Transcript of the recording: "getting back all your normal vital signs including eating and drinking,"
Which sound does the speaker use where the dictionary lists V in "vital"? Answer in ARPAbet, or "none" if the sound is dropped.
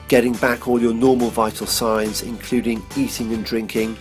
V